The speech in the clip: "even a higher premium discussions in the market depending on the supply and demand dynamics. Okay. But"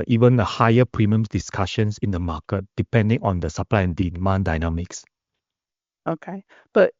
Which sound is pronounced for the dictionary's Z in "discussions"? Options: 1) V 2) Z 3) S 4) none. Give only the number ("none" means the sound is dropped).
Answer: 3